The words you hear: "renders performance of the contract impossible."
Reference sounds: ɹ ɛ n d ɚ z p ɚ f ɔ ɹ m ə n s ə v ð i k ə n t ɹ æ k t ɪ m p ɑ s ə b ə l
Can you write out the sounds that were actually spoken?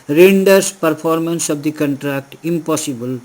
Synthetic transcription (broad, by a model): ɹ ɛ n d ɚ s p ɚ p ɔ ɹ m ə n s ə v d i k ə n t ɹ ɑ k t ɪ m p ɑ s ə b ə l